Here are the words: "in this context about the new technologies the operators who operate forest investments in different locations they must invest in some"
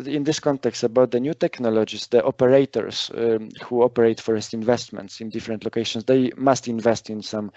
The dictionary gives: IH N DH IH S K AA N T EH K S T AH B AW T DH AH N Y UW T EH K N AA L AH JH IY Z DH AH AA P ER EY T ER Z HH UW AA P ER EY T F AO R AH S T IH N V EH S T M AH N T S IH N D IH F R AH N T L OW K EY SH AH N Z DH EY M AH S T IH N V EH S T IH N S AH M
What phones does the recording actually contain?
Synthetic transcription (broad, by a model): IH N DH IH S K AA N T EH K S T AH B AW T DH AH N Y UW T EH K N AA L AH JH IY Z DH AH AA P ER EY T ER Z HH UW AA P ER EY T F AO R AH S T IH N V EH S T M AH N T S IH N D IH F R AH N T L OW K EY SH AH N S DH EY M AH S T IH N V EH S T IH N S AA M